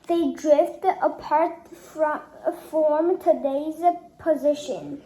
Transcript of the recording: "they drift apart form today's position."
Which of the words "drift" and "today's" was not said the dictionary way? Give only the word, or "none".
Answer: none